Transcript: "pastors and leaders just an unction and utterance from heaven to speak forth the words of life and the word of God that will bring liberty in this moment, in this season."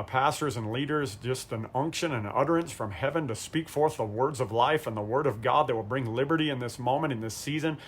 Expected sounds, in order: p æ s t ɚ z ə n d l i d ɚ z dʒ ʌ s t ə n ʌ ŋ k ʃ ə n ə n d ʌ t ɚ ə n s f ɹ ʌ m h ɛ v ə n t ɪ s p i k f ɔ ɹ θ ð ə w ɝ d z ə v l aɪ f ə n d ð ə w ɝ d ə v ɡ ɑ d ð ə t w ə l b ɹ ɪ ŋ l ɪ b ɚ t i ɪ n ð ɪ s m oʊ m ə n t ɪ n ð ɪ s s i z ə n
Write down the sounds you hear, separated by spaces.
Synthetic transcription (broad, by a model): p æ s t ɚ z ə n l i d ɚ z dʒ ʌ s t ə n ʌ ŋ k ʃ ə n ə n ʌ t ɚ ə n s f ɹ ʌ m h ɛ v ə n t ɪ s p i k f ɔ ɹ θ ð ə w ɝ d z ə v l aɪ f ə n ð ə w ɝ d ə v ɡ ɑ d ð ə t w ə l b ɹ ɪ ŋ l ɪ b ɚ t i ɪ n ð ɪ s m oʊ m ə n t ɪ n ð ɪ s s i z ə n